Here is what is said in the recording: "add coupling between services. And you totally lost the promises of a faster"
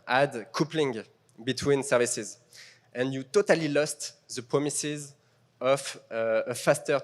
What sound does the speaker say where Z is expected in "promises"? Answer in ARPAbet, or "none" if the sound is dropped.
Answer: Z